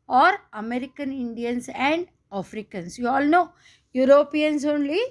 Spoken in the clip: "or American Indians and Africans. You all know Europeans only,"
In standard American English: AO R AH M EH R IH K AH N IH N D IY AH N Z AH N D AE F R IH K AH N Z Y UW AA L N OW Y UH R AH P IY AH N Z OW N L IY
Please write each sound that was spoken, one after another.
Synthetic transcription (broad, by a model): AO R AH M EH R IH K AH N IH N D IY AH N S AH N D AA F R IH K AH N S Y UW AA L N OW Y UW R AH P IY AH N S OW N L IY